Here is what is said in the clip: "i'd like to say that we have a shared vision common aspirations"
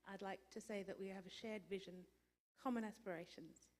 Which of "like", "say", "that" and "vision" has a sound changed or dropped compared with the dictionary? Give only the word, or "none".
none